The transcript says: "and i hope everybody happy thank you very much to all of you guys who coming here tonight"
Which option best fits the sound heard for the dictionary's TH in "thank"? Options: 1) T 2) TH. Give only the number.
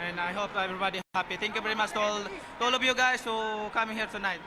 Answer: 1